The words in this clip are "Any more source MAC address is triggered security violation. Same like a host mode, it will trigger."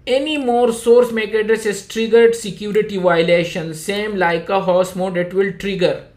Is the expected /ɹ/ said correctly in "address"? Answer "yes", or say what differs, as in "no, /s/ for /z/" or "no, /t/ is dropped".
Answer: no, /ɹ/ is dropped